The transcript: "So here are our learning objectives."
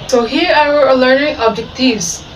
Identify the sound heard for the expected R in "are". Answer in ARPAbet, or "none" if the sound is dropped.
W